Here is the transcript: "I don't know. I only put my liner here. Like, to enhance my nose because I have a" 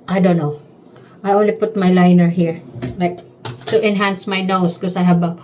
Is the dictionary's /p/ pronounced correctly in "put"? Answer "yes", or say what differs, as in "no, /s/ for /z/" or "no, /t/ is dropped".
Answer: yes